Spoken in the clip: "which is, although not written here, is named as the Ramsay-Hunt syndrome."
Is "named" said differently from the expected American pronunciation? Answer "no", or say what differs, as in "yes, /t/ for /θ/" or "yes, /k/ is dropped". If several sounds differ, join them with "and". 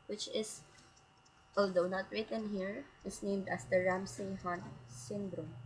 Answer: no